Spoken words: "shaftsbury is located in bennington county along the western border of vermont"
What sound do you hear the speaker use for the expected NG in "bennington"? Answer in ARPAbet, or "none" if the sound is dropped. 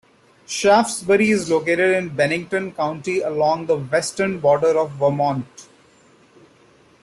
NG